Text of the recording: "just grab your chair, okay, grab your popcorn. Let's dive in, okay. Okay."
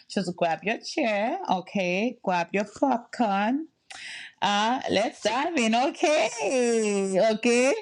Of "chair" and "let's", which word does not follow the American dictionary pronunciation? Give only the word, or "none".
none